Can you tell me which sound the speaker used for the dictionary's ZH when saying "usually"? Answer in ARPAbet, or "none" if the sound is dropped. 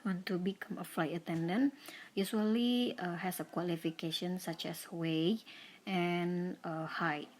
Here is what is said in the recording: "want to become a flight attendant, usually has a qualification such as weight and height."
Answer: S